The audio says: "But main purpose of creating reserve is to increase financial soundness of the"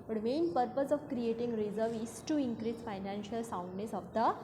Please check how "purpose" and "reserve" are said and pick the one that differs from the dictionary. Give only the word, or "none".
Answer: none